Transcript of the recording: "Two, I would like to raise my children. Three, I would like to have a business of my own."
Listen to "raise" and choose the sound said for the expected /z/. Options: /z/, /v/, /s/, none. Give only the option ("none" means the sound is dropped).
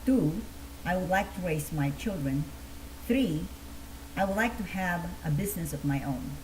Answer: /s/